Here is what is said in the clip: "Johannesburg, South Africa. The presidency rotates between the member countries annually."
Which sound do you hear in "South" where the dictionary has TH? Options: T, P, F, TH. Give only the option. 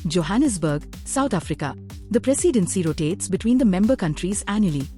T